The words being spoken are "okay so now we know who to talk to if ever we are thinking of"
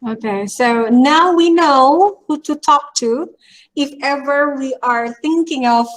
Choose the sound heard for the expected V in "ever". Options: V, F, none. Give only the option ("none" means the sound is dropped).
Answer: V